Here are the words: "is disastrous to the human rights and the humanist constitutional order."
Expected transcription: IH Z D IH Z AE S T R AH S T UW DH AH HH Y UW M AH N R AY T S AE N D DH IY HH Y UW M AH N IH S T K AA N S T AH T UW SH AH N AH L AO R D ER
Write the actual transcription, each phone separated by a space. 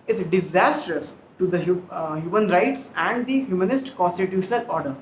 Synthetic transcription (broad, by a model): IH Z D IH Z AE S T R AH S T UW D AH HH Y UW M AH N R AY T S AE N D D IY HH Y UW M AH N IH S T K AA N S T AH T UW SH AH N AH L AO R D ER